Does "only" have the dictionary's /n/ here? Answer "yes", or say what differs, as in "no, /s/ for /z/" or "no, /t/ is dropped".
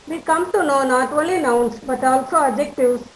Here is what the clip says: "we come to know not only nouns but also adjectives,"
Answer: no, /n/ is dropped